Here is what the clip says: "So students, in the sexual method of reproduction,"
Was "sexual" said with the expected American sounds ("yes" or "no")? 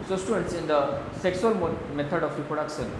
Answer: no